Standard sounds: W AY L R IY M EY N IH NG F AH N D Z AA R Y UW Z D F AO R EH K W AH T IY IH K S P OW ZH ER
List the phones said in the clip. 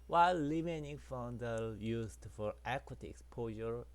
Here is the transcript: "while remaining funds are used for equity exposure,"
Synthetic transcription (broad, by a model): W AY L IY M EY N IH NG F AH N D AA L Y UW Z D F AO R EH K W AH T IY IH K S P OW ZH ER